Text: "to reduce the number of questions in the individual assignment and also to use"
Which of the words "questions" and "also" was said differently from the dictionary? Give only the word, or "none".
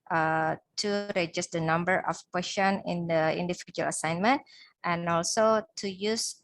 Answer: questions